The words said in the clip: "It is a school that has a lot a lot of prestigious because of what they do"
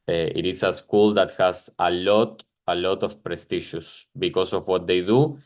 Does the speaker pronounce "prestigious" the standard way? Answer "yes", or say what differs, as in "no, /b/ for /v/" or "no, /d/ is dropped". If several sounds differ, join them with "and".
no, /ʃ/ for /dʒ/